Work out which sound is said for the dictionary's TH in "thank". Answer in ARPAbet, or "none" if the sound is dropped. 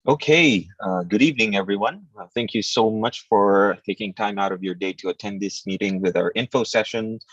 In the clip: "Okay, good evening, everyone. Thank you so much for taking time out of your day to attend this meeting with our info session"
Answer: TH